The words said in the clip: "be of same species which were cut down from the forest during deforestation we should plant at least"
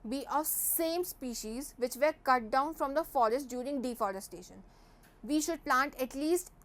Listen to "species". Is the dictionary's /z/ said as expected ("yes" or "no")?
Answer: yes